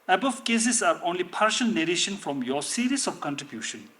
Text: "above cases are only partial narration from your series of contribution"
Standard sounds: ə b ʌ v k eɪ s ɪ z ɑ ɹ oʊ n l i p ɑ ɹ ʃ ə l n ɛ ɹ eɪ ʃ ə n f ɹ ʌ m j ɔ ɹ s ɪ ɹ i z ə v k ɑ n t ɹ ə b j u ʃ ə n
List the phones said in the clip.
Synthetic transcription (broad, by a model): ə b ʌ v k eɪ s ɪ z ɑ ɹ oʊ n l i p ɑ ɹ ʃ ə l n ɛ ɹ eɪ ʃ ə n f ɹ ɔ m j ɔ s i ɹ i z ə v k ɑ n t ɹ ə b j u ʃ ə n